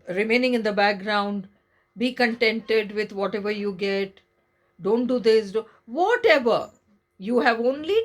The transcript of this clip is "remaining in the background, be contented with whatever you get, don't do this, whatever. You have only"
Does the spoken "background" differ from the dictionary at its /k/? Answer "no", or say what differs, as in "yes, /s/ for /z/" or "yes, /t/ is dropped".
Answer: no